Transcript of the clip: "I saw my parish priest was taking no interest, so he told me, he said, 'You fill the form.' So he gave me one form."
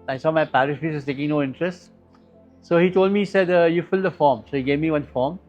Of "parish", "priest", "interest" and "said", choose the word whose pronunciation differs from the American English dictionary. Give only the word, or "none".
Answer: priest